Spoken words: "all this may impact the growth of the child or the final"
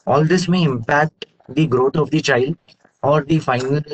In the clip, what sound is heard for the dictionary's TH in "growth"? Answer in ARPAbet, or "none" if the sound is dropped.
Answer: T